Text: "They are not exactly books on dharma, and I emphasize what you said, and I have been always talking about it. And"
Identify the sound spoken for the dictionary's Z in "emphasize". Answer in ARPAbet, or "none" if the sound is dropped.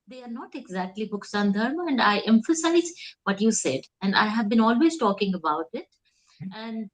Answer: Z